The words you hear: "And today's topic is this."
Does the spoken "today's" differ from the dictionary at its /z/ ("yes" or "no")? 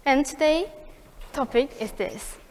yes